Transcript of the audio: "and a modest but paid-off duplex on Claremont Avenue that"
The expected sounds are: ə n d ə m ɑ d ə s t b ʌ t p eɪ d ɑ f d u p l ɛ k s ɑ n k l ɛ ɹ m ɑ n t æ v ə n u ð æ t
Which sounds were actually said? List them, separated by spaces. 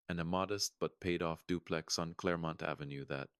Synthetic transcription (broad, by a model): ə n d ə m ɑ d ə s t b ʌ t p eɪ d ɑ f d u p l ɛ k s n k l ɛ ɹ m ɑ n t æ v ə n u ð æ t